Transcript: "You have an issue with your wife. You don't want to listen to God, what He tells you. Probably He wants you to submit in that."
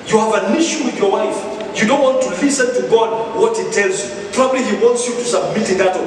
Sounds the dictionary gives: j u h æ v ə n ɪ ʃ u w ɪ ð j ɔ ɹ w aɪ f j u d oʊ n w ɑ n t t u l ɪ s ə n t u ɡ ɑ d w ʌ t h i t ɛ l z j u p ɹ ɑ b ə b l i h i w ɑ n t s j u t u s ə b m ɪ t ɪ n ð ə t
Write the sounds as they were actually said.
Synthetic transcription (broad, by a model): j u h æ v ə n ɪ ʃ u w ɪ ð j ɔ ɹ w aɪ f j u d oʊ n w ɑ n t t u l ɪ s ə n t u ɡ ɑ d w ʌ t h i t ɛ l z j u p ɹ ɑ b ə b l i h i w ɑ n t s j u t u s ə b m ɪ t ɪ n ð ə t